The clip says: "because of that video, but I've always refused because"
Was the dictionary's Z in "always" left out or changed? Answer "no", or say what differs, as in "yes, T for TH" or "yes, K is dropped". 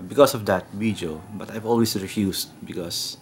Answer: yes, S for Z